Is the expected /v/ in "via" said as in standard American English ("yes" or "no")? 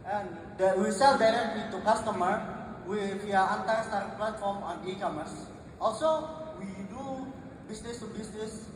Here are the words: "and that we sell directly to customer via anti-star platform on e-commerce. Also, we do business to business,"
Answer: no